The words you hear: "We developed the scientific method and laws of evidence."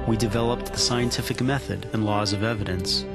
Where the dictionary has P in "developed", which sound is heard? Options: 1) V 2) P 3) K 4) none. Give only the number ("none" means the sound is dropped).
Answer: 2